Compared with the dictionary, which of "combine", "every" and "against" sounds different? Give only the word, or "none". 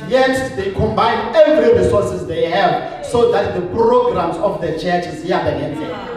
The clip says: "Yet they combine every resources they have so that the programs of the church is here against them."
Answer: against